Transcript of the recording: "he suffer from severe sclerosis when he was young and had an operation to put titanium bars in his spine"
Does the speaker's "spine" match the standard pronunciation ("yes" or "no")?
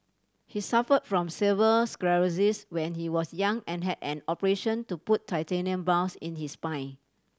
no